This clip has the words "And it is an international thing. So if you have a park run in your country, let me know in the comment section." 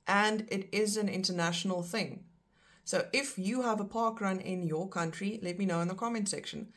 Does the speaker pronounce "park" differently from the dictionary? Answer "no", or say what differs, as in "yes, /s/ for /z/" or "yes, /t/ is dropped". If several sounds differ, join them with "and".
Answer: no